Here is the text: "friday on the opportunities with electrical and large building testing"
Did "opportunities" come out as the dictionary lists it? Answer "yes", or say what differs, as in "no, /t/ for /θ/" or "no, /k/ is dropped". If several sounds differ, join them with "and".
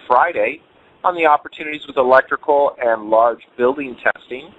yes